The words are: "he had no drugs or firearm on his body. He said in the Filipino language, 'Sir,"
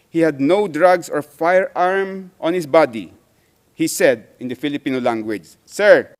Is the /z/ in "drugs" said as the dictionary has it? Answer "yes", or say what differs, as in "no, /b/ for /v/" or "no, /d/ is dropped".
no, /s/ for /z/